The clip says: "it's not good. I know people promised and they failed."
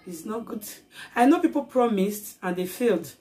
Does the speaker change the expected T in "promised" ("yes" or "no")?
no